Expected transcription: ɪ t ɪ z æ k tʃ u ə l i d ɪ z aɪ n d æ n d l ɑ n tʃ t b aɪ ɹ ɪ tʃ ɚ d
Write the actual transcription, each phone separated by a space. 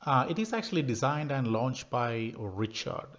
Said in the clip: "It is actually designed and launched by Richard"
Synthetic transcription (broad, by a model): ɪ t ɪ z æ k tʃ u ə l i d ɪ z aɪ n d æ n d l ɑ n tʃ t b aɪ ɹ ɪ tʃ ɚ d